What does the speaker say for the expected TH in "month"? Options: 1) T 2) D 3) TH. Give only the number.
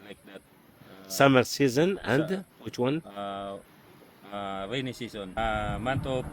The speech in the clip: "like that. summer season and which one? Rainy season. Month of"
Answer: 1